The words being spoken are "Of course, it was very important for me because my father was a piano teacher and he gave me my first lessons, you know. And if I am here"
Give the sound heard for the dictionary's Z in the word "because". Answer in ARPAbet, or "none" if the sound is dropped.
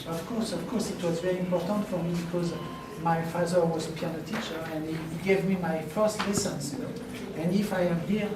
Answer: Z